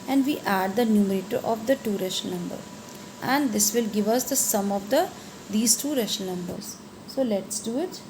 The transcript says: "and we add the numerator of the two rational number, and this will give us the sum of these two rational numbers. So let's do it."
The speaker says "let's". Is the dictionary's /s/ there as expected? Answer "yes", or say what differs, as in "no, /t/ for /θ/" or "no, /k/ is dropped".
yes